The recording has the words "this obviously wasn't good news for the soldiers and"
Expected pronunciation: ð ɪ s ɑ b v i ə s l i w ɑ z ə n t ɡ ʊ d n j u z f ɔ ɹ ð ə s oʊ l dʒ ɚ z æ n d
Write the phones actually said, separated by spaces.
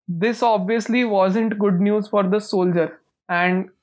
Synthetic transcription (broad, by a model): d ɪ s ɑ b v i ə s l i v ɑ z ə n t ɡ ʊ d n j u z f ɔ ɹ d ə s oʊ l dʒ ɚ æ n d